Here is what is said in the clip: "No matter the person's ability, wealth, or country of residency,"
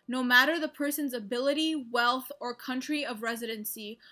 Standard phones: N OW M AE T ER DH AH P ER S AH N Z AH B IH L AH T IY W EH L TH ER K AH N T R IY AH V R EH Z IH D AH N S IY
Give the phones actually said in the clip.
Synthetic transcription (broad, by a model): N OW M AE T ER DH AH P ER S AH N Z AH B IH L AH T IY W EH L TH ER K AH N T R IY AH V R EH Z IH D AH N S IY